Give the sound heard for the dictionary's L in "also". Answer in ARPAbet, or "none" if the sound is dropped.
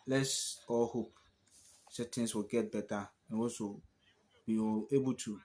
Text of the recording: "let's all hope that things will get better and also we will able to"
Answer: none